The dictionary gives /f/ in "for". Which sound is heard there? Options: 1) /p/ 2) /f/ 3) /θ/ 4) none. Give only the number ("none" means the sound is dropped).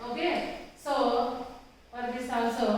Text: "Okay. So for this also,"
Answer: 1